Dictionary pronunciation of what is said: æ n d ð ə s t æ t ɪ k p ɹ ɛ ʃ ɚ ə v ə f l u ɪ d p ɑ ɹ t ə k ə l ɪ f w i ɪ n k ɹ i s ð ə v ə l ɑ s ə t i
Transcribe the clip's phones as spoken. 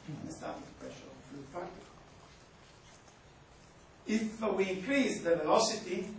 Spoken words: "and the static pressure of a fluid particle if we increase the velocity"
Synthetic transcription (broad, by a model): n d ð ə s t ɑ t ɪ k p ɹ ɛ ʃ ɚ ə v ə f l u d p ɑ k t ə ə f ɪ w i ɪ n k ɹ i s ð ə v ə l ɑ s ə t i